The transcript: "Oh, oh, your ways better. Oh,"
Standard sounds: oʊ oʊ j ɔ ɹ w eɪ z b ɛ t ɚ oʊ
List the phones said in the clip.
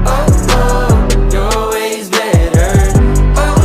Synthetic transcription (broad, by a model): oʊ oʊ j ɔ l w eɪ z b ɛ t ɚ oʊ